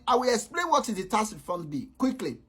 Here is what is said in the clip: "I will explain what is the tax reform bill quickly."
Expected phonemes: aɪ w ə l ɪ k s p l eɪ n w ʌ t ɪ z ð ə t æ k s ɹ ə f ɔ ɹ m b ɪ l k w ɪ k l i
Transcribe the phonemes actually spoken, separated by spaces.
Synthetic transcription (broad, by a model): aɪ w ə l ɪ k s p l eɪ n w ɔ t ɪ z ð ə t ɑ s f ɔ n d b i k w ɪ k l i